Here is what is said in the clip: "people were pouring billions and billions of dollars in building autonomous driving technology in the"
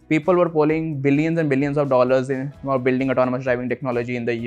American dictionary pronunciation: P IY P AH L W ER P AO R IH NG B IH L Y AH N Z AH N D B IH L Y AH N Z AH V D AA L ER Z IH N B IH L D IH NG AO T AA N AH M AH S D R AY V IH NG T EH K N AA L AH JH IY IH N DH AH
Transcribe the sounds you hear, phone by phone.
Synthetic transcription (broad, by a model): P IY P AH L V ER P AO L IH NG B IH L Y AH N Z AH N D B IH L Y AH N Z AH V D AA L ER Z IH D B IH L D IH NG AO T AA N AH M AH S D R AY V IH NG T EH K N AA L AH JH IY IH N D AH